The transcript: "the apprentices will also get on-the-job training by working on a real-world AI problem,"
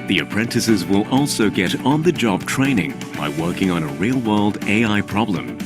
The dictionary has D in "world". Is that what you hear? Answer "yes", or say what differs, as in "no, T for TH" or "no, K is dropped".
yes